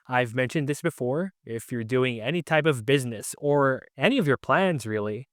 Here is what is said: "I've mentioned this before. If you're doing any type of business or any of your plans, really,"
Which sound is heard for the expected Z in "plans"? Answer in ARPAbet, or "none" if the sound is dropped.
Z